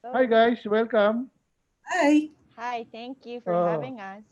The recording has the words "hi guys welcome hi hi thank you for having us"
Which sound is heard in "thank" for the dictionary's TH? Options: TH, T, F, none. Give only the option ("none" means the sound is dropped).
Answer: T